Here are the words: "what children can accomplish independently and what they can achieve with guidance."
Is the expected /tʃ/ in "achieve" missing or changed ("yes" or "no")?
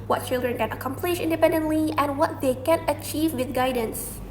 no